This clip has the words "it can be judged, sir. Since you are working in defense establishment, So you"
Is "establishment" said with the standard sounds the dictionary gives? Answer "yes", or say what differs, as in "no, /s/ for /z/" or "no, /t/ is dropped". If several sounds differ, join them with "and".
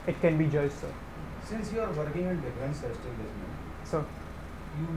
no, /s/ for /ʃ/